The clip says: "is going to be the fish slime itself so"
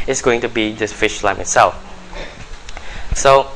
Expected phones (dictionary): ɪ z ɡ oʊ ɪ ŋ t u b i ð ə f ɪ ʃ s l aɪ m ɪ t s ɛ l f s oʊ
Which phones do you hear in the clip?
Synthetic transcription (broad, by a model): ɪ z ɡ oʊ ɪ ŋ t u b i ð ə f ɪ ʃ l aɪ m ɪ t s ɛ l f s oʊ